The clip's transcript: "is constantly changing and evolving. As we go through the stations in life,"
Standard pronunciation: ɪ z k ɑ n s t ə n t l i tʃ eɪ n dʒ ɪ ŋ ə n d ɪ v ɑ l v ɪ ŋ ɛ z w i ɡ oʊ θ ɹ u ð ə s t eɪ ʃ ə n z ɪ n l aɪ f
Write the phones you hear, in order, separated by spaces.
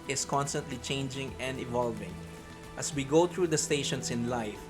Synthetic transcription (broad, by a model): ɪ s k ɑ n s t ə n t l i tʃ eɪ n dʒ ɪ ŋ ə n d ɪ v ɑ l v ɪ ŋ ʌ s w i ɡ oʊ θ ɹ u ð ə s t eɪ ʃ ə n s ɪ n l aɪ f